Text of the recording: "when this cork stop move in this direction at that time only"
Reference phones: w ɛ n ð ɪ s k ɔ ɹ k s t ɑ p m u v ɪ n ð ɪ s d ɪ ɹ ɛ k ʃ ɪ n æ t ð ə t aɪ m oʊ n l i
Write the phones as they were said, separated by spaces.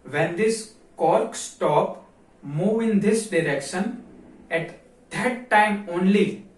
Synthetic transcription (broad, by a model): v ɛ n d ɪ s k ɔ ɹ k s t ɑ p m u v ɪ n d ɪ s d ɪ ɹ ɛ k ʃ ɪ n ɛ t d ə t aɪ m oʊ n l i